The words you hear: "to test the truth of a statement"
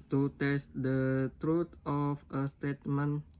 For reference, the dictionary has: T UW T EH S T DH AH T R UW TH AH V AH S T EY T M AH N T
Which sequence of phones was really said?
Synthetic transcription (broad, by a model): T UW T EH S T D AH T R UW T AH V AH S T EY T M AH N